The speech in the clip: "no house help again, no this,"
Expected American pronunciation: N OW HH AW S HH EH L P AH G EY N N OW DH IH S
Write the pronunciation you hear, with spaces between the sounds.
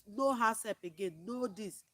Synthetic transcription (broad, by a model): N OW HH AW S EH P AH G EY N N OW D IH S